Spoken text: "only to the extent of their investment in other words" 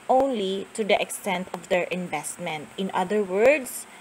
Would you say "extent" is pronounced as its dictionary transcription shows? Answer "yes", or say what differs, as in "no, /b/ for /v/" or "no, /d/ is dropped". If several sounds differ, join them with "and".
yes